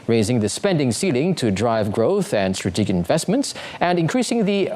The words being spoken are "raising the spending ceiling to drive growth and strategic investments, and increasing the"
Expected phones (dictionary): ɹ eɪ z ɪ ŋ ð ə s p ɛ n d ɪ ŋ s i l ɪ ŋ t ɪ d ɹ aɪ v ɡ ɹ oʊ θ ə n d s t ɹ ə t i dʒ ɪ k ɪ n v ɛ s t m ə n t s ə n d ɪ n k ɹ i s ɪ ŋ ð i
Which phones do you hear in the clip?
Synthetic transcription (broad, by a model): ɹ eɪ z ɪ ŋ ð ə s p ɛ n d ɪ ŋ s i l ɪ ŋ t ɪ d ɹ aɪ v ɡ ɹ oʊ θ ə n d s t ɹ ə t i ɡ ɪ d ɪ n v ɛ s t m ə n t s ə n ɪ n k ɹ i s ɪ ŋ ð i